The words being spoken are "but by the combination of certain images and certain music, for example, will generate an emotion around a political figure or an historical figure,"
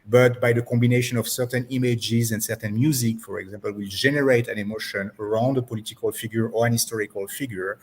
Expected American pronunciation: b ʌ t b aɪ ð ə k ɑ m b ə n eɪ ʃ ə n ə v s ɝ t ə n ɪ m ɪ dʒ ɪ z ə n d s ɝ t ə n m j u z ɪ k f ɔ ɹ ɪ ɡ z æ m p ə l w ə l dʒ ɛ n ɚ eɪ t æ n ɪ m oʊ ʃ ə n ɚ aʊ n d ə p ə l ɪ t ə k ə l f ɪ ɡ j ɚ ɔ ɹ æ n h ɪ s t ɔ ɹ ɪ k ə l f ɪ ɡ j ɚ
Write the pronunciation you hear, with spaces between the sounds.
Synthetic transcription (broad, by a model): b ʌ t b aɪ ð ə k ɑ m b ə n eɪ ʃ ə n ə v s ɝ t ə n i m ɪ dʒ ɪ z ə n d s ɝ t ə n m j u z ɪ k f ɔ ɹ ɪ ɡ z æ m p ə l w ə l dʒ ɛ n ɚ eɪ t æ n ɪ m oʊ ʃ ə n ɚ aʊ n d ə p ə l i t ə k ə l f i ɡ j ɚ ɔ ɹ æ n h ɪ s t ɔ ɹ ɪ k ə l f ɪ ɡ j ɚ